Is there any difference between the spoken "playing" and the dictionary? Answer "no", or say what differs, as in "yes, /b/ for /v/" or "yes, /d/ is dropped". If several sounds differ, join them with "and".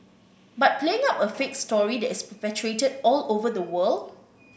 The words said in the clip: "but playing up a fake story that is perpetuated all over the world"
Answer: no